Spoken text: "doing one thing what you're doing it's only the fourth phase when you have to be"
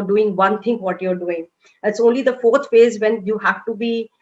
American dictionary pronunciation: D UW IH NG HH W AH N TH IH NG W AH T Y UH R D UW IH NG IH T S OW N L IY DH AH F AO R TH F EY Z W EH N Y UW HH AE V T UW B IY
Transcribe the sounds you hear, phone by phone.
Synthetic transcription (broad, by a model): D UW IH NG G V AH N T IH NG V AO T Y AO R D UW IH NG IH T S OW N L IY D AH F AO R T F EY Z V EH N Y UW HH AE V T UW B IY